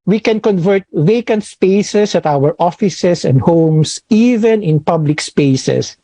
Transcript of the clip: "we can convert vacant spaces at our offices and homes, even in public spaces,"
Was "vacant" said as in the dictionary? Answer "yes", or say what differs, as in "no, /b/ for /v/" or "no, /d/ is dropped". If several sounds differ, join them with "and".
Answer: yes